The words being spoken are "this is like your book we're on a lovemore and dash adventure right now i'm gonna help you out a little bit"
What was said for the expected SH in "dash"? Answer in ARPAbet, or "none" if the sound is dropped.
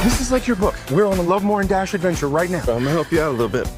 SH